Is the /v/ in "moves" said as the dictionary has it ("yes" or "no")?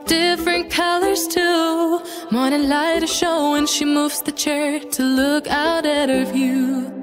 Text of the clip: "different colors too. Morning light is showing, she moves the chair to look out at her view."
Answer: yes